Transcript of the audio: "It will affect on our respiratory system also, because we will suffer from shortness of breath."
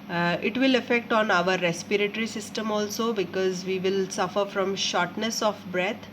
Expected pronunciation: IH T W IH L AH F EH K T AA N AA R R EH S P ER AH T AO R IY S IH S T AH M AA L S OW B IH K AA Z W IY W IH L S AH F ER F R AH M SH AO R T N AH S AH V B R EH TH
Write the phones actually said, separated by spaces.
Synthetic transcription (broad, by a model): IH T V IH L AH F EH K T AA N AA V R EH S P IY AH T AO R IY S IH S T AH M AA L S OW B IH K AA Z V IY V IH L S AH F ER F R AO M SH AO R T N AH S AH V B R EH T